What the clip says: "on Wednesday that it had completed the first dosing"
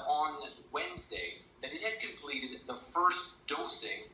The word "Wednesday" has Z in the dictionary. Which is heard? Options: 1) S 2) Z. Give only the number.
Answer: 2